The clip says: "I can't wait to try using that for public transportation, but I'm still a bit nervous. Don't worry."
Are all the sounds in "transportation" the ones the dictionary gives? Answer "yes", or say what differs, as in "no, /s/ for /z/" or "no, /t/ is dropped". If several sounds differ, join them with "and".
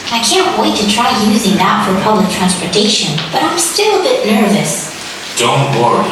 yes